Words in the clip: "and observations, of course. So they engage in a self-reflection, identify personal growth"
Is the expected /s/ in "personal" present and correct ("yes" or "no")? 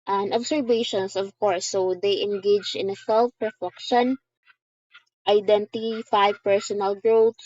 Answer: yes